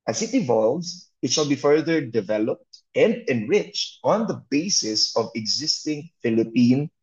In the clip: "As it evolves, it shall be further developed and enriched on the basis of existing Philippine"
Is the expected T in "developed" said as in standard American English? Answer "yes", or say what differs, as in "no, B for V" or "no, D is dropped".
yes